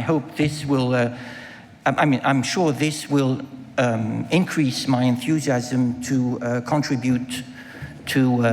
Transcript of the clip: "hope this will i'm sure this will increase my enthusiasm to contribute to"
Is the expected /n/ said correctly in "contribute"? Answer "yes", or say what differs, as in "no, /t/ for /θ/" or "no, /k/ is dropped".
yes